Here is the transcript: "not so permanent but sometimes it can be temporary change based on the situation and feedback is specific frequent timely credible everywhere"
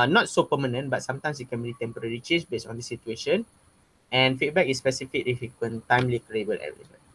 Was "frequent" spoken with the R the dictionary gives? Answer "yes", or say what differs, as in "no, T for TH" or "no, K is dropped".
no, R is dropped